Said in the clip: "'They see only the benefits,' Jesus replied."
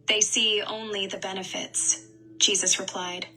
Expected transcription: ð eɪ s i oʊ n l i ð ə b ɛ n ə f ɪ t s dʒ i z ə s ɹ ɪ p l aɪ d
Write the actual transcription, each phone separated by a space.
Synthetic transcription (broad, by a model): ð eɪ s i oʊ n l i ð ə b ɛ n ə f ɪ t s dʒ i z ə s ɹ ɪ p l aɪ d